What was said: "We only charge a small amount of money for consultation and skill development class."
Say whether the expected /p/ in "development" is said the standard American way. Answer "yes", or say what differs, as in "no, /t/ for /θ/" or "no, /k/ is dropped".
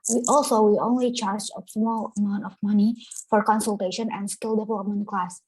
no, /p/ is dropped